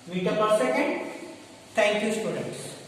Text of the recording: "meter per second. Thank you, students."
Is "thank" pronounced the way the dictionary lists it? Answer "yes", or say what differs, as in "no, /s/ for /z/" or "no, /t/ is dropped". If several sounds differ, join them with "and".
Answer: no, /t/ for /θ/